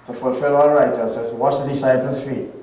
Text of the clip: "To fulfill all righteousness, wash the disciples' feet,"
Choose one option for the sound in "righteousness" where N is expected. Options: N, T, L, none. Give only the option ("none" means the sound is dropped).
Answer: none